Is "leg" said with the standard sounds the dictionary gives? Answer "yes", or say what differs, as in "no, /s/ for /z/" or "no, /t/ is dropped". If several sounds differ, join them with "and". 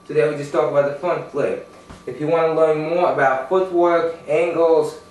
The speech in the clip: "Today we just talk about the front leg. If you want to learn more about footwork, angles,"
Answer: no, /ɡ/ is dropped